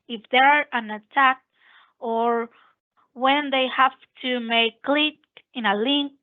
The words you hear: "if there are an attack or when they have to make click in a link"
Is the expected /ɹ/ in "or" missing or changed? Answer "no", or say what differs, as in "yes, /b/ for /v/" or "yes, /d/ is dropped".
no